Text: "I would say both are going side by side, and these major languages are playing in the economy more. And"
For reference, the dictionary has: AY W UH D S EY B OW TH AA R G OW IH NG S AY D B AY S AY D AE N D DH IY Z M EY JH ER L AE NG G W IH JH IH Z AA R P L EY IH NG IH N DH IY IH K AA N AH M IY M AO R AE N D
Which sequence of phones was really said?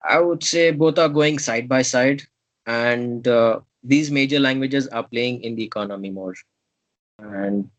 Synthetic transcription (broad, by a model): AY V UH D S EY B OW T AA R G OW IH NG S AY D B AY S AY D AE N D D IY Z M EY JH ER L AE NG G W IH JH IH Z AA R P L EY IH NG IH N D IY IH K AA N AH M IY M AO R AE N D